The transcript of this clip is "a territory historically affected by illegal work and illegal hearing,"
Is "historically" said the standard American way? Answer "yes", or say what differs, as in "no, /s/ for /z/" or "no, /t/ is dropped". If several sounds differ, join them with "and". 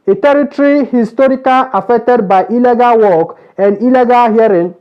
no, /l/ is dropped